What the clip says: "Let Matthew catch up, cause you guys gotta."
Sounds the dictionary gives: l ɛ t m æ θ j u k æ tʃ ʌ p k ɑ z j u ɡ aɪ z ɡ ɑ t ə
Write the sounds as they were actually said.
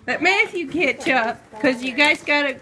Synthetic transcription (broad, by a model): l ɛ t m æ f j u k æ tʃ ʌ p k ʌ z j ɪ ɡ aɪ z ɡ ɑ t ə